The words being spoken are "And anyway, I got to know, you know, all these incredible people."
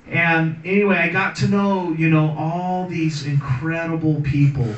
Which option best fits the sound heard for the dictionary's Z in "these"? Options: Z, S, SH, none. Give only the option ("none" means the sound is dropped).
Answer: Z